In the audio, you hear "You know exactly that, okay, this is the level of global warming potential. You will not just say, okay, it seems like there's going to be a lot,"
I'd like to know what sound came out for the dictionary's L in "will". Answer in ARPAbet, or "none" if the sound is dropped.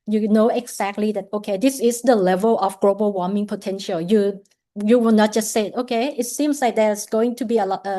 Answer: W